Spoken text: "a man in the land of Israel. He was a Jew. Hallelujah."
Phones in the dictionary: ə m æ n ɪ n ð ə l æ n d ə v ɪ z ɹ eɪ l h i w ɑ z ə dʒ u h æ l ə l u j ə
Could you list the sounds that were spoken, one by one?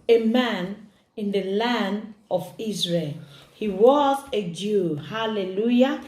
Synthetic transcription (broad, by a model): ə m æ n ɪ n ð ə l æ n d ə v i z ɹ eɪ l h i w ɑ z ə dʒ u h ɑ l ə l u j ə